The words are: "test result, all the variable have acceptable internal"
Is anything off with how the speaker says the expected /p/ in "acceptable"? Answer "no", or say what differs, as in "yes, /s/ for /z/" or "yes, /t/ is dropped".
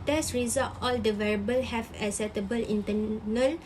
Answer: yes, /p/ is dropped